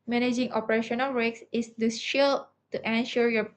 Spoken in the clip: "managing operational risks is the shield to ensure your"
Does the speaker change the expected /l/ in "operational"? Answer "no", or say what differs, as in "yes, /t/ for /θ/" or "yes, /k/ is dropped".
no